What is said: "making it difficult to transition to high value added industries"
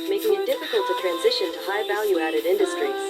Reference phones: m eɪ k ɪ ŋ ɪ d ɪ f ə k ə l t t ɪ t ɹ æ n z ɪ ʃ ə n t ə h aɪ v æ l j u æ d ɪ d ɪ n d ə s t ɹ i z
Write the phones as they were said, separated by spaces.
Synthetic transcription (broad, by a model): m eɪ ɪ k ɪ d ɪ f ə k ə l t t ɪ t ɹ æ n z ɪ ʃ ə n t ə h aɪ v æ l j u æ d ɪ d ɪ n d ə s t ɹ i